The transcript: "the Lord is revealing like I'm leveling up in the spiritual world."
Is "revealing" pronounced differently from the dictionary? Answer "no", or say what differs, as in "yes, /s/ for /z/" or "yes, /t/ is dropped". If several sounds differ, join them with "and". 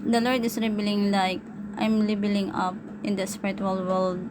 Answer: yes, /b/ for /v/